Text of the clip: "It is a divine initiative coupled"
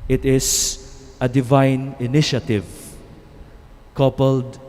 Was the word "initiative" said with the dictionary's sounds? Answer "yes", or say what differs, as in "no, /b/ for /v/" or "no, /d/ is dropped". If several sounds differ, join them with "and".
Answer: yes